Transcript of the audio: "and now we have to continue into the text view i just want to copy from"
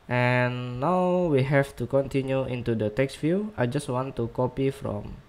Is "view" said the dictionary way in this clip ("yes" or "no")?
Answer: no